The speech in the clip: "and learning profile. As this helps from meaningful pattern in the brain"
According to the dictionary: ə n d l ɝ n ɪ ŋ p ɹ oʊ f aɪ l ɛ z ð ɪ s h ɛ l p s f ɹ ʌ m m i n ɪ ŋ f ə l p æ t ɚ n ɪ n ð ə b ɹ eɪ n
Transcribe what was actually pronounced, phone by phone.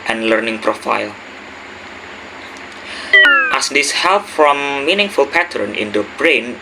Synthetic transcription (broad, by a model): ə n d l ɝ n ɪ ŋ p ɹ oʊ f aɪ l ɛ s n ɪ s h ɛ l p f ɹ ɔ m m i n ɪ ŋ f ə l p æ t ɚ n ɪ n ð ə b ɹ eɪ n